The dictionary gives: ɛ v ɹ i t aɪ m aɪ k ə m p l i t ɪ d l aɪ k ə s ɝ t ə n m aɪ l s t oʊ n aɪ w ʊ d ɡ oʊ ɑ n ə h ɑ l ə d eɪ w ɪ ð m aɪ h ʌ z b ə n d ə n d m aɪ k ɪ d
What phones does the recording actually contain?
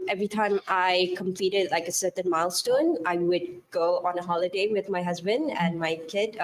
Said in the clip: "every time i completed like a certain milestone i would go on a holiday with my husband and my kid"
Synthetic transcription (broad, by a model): ɛ v ɹ i t aɪ m aɪ k ə m p l i t ɪ d l aɪ k ə s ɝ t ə n m aɪ l s t oʊ n aɪ w ʊ d ɡ oʊ ɑ n ə h ɑ l ə d eɪ w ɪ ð m aɪ h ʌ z b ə n d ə n m aɪ k ɪ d